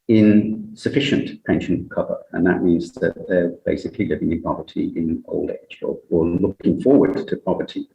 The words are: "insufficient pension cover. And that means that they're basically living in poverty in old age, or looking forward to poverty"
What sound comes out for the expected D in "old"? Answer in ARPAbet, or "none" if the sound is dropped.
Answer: D